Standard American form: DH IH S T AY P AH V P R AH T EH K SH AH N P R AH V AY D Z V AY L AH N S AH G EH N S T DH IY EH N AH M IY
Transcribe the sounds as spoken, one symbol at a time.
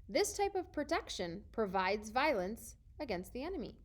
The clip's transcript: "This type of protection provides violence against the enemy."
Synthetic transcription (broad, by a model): DH IH S T AY P AH V P R AH T EH K SH AH N P R AH V AY D Z V AY L AH N S AH G EH N S T DH IY EH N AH M IY